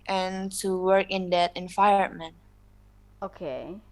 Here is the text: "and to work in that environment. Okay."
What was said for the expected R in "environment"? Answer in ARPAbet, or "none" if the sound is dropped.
none